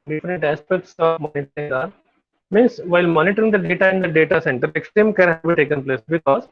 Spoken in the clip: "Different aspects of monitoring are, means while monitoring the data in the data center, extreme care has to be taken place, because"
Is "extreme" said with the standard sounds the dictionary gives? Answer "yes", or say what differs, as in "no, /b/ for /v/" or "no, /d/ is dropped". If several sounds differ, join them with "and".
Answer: no, /ɹ/ is dropped